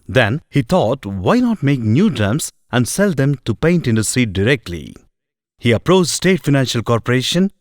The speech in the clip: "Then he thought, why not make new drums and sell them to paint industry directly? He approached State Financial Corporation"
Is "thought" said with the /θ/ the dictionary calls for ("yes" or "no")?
no